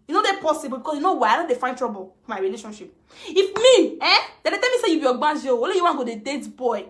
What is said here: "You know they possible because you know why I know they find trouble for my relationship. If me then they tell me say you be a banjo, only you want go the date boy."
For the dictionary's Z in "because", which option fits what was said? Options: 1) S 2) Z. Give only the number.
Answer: 1